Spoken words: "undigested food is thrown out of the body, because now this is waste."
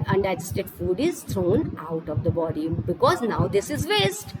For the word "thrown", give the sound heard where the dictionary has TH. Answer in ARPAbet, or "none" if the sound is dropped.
T